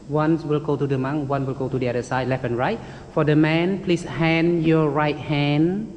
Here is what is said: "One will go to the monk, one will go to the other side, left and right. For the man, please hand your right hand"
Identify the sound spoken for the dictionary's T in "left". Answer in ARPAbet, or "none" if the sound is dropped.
none